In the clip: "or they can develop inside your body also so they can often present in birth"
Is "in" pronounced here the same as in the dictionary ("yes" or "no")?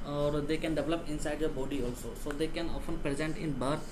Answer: yes